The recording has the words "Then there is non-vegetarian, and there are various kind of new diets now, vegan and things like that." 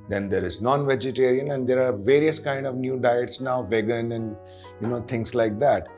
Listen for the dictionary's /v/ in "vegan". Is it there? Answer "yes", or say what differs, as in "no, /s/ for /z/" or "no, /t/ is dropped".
yes